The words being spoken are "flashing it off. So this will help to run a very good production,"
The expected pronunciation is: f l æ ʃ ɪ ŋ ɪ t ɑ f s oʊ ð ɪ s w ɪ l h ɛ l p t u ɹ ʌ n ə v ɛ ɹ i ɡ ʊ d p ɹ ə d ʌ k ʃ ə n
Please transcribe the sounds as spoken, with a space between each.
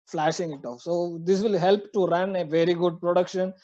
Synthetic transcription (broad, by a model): f l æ ʃ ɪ ŋ ɪ t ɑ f s oʊ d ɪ s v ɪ l h ɛ l p t u ɹ ʌ n ə v ɛ ɹ i ɡ ʊ d p ɹ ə d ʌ k ʃ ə n